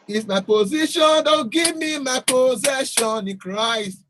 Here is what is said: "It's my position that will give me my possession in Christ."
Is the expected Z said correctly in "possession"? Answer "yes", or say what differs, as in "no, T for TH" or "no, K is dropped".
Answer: yes